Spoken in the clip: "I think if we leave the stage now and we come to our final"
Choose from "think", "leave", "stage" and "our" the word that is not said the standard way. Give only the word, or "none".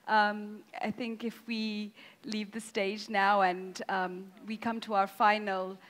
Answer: none